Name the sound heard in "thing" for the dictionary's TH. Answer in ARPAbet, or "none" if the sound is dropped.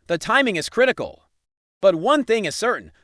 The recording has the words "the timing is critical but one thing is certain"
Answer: TH